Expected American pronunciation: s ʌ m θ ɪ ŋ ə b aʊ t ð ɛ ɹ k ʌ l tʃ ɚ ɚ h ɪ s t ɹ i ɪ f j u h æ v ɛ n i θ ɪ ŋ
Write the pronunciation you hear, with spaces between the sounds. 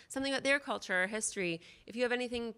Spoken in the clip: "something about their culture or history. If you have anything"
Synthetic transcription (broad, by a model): s ʌ m θ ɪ ŋ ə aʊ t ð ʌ ɹ k ʌ l tʃ ɚ ɚ h ɪ s t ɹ i ɪ f j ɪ v ɛ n i θ ɪ ŋ